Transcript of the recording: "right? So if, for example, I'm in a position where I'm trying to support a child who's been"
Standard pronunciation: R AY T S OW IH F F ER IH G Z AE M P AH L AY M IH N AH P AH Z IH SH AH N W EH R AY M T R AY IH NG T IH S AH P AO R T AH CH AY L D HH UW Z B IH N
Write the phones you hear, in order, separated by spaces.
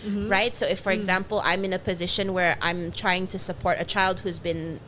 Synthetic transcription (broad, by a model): R AY T S OW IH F F ER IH G Z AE M P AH L AY M IH N AH P AH Z IH SH AH N W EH R AY M T R AY IH NG T IH S AH P AO R T AH CH AY L D HH UW Z B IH N